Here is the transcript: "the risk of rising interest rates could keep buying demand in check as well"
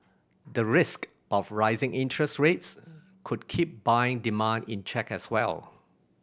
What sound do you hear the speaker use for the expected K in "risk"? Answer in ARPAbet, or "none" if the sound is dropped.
K